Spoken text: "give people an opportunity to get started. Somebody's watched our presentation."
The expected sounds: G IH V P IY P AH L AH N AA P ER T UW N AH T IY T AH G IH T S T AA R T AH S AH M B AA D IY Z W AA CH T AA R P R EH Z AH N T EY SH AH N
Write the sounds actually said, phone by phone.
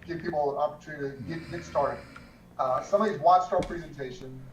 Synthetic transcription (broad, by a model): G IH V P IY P L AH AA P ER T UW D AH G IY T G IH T S T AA R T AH S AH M AA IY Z W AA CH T AA R P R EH Z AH N T EY SH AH N